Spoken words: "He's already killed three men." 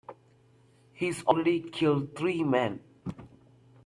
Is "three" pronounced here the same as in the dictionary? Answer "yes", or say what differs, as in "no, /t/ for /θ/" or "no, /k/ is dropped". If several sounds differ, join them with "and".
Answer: no, /t/ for /θ/